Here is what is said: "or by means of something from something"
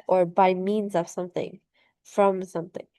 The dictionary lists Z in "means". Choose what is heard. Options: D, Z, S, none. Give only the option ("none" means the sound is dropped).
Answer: Z